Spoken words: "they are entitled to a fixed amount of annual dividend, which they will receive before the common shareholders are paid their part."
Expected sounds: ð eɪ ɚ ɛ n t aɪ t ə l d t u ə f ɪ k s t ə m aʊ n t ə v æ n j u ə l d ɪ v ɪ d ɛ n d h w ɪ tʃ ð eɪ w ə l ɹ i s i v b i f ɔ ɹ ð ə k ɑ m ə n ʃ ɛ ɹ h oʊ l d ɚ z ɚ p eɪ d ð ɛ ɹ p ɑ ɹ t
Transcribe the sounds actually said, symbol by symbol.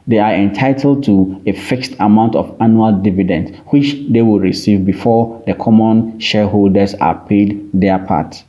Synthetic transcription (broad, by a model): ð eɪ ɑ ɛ n t aɪ t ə l d t u ə f ɪ k s t ə m aʊ n t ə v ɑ n j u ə l d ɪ v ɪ d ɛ n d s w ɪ tʃ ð eɪ w ə l ɹ i s i v b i f ɔ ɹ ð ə k ɑ m ə n ʃ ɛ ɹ h oʊ l d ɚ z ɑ p eɪ d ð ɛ p ɑ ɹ t